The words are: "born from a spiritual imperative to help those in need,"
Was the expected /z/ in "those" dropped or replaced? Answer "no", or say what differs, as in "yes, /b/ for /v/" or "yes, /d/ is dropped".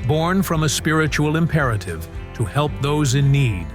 no